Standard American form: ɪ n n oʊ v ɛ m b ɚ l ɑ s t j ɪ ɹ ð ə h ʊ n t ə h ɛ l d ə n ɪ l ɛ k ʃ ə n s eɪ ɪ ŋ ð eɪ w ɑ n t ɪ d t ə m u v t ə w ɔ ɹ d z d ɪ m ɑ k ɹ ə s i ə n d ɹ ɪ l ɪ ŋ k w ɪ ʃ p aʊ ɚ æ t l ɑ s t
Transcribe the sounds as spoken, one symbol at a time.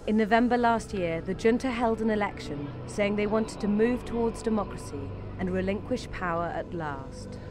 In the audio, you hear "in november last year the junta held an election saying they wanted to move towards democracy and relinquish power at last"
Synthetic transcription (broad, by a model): ɪ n n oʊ v ɛ m b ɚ l ɑ s t j ɪ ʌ ð ə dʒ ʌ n t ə h ɛ l d ə n ɪ l ɛ k ʃ ə n s eɪ ɪ ŋ ð eɪ w ɑ n t ɪ d t ə m u v t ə w ɔ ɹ d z d ɪ m ɑ k ɹ ə s i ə n ɹ ɪ l ɪ ŋ k w ɪ ʃ p aʊ ɚ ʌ t l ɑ s t